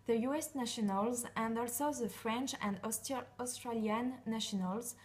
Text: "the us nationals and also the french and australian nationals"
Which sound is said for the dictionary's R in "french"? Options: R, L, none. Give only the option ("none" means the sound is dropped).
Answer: R